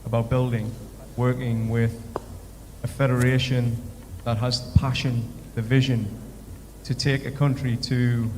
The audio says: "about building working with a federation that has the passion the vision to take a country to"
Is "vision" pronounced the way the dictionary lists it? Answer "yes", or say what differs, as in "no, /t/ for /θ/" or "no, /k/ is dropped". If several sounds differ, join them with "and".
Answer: yes